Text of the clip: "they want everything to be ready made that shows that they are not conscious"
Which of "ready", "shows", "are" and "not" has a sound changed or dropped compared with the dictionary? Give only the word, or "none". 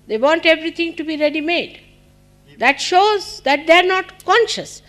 none